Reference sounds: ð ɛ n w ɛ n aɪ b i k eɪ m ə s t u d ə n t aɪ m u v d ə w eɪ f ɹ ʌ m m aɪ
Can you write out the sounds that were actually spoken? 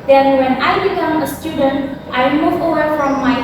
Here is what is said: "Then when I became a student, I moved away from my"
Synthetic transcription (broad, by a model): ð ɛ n w ɛ n aɪ b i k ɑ m ə s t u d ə n t aɪ m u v ə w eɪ f ɹ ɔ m m aɪ